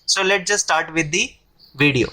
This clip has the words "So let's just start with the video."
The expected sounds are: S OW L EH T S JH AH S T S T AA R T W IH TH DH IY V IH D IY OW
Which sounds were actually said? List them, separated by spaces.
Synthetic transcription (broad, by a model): S OW L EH T JH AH S S T AA R T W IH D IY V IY D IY OW